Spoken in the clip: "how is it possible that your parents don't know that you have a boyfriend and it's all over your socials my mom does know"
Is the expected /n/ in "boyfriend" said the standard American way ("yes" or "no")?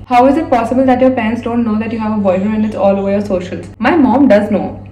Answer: no